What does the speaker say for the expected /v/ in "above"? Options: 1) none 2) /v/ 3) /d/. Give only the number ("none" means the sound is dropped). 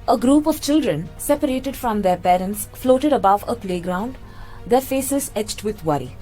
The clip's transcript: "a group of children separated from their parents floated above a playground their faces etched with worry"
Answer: 2